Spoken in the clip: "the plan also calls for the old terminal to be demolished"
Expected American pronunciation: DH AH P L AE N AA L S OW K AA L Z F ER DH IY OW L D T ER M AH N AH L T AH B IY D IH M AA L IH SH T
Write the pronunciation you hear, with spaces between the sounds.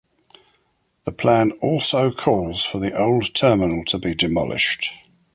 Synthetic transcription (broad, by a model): DH AH P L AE N AA L S OW K AA L Z F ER DH IY OW L D T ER M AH N AH L T AH B IY D IH M AA L IH SH T